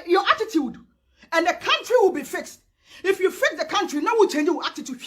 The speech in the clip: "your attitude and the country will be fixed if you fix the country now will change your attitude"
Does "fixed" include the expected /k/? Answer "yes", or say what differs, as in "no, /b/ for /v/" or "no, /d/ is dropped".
yes